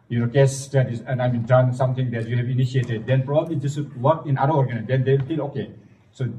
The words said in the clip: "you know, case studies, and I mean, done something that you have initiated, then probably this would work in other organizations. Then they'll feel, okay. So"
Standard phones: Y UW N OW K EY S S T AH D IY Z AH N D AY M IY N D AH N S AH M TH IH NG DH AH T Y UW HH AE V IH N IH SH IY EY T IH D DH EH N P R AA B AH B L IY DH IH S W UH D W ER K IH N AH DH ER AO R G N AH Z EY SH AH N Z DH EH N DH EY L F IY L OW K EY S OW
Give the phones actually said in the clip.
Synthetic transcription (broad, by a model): Y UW N OW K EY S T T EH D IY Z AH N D AY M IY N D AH N S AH M T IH NG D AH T Y UW HH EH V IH N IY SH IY EY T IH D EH N P R AA B AH B L IY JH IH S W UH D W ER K IH N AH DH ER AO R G AH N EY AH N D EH N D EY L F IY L OW K EY S OW